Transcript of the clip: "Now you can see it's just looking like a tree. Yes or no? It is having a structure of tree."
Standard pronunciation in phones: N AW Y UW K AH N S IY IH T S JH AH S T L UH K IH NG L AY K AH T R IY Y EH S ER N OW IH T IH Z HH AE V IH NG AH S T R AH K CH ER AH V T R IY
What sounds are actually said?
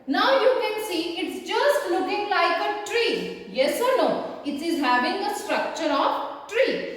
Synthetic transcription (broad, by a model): N AW Y UW K AH N S IY IH T S JH AH S T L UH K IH NG L AY K AH T R IY Y EH S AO N OW IH T IH Z HH AE V IH NG AH S T R AH K CH ER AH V T R IY